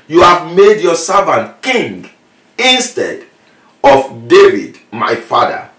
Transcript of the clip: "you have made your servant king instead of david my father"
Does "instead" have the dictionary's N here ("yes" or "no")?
yes